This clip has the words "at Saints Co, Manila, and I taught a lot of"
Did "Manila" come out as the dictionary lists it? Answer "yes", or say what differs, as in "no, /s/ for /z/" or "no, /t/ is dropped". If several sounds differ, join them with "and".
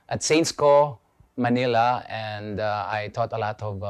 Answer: yes